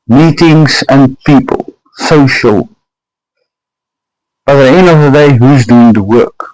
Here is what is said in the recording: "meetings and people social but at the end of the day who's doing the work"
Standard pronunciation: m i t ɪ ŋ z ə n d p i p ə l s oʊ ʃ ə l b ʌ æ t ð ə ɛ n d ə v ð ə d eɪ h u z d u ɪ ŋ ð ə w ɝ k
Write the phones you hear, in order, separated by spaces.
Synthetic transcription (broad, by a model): m i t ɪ ŋ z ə n p i p ə l s oʊ ʃ ə l b ʌ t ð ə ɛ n ə v ð ə d eɪ h u z d u ɪ ŋ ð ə w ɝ k